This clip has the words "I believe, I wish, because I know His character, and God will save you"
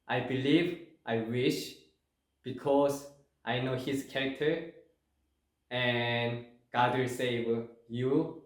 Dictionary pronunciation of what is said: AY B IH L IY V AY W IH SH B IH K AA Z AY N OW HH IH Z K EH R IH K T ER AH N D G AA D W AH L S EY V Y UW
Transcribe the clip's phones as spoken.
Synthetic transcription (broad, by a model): AY B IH L IY V AY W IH SH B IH K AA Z AY N OW HH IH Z K EH R IH K T ER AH N G AA D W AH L S EY W Y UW